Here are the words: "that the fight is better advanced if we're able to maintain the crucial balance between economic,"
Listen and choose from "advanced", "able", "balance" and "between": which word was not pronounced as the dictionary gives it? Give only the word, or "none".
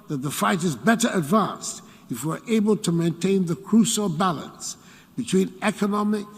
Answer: none